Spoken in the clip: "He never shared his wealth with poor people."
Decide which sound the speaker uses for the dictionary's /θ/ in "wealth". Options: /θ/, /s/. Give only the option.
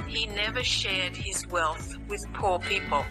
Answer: /θ/